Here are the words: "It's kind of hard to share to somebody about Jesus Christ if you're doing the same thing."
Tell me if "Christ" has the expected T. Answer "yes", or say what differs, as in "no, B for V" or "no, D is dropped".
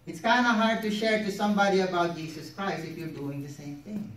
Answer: no, T is dropped